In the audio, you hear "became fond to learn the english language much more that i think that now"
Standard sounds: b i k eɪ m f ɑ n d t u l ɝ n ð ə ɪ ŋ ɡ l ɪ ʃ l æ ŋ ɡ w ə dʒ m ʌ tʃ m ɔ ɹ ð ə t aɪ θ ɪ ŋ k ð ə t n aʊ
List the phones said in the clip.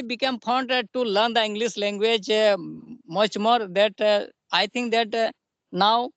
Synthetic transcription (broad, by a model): b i k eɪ m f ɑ n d t u l ɝ n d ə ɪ ŋ ɡ l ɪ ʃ l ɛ ŋ ɡ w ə dʒ m ʌ tʃ m ɔ ɹ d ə t aɪ t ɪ ŋ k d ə t n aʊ